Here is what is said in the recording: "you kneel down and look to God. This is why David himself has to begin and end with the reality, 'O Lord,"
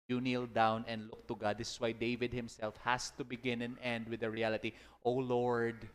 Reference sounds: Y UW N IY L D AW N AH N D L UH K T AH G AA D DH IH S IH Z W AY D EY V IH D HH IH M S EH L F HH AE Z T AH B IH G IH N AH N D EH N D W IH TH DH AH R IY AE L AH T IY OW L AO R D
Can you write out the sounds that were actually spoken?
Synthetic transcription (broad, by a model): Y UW N IY L D AW N AH N D L UH K T AH G AA D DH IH S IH S W AY D EY V IH D HH IH M S EH L F HH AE S T AH B IH G IH N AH N EH N D W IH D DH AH R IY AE L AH T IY OW L AO R D